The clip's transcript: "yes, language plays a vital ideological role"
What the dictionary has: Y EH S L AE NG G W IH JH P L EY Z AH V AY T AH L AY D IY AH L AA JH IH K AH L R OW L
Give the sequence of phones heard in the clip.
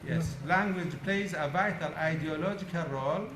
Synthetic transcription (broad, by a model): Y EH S L AE NG G W IH JH P L EY Z AH V AY T AH L AY D IY AH L AA JH IH K AH L R OW L